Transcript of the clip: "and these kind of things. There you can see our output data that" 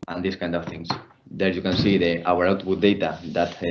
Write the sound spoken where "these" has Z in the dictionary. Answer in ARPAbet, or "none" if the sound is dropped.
S